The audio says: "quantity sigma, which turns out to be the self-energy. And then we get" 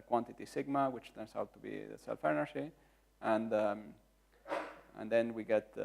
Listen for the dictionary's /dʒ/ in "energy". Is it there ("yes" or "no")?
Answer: no